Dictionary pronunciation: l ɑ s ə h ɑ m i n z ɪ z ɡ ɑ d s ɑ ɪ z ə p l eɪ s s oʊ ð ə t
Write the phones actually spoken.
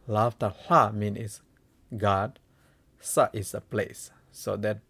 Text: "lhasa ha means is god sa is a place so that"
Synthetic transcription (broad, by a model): l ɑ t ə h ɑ m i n ɪ s ɡ ɑ d s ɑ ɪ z ə p l eɪ s s oʊ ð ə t